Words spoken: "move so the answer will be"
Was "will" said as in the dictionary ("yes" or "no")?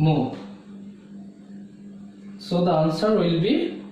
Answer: yes